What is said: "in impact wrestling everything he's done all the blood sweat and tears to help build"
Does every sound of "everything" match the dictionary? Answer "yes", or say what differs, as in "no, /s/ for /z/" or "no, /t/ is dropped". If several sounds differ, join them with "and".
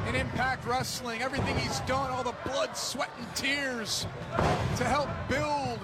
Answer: yes